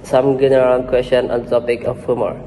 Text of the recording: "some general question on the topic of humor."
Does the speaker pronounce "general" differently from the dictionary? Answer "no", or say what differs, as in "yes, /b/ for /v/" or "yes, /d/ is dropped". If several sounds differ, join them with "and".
yes, /n/ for /l/